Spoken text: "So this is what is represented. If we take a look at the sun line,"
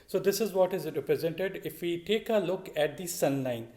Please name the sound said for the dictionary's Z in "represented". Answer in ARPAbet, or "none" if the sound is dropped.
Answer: Z